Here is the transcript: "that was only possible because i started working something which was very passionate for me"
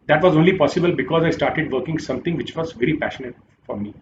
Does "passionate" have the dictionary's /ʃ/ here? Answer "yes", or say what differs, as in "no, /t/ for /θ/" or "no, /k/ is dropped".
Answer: yes